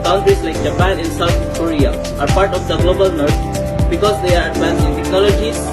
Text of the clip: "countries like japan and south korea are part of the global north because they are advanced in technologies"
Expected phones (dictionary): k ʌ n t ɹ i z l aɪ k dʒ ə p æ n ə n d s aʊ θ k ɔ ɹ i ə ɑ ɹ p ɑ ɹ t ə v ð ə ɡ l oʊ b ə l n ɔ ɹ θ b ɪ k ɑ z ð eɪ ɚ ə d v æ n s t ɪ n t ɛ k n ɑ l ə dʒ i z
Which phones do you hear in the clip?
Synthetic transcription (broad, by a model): k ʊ n t ɹ i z l aɪ k dʒ ə p æ n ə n s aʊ t k ɔ ɹ i ə ɑ ɹ p ɑ ɹ t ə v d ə ɡ l oʊ b ə l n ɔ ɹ t b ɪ k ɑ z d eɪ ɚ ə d p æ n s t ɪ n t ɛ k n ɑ l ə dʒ i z